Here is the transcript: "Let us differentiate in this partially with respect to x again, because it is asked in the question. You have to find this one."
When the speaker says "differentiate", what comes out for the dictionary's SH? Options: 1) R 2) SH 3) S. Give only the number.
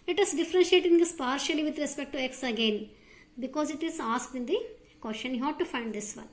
2